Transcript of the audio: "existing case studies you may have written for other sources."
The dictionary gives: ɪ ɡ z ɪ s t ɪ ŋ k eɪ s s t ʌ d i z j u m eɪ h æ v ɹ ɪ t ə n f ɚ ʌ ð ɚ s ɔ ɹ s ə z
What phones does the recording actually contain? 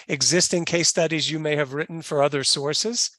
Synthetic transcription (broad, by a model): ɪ ɡ z ɪ s t ɪ ŋ k eɪ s s t ʌ d i z j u m eɪ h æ v ɹ ɪ t n f ɚ ʌ ð ɚ s ɔ ɹ s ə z